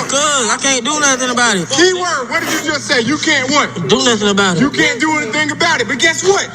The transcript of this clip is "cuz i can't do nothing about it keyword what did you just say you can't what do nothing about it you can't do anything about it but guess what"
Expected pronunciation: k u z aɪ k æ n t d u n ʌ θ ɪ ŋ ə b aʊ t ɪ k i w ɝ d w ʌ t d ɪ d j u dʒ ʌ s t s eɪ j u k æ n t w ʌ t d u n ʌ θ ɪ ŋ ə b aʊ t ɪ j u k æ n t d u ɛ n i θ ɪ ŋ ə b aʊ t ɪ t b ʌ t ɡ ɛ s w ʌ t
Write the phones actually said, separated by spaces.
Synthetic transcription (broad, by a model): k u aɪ k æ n d u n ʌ s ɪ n ə b aʊ t ɪ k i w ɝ w ʌ t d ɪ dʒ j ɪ dʒ ʌ s t s eɪ j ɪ k æ n t w ʌ t d u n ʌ s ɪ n ə b aʊ t ɪ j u k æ n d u ɛ n i θ ɪ ŋ ə b aʊ t ɪ t b ʌ t ɡ ɛ s w ʌ t